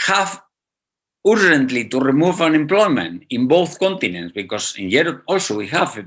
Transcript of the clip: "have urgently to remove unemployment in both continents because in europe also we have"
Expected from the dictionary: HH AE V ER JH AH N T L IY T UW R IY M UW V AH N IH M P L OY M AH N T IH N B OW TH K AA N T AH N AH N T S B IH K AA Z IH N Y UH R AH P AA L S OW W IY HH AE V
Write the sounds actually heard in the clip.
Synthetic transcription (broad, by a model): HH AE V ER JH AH N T L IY T UW R IY M UW V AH N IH M P L OY M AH N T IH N B OW TH K AA N T AH N AH N T S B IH K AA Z IH N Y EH R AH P AA L S OW W IY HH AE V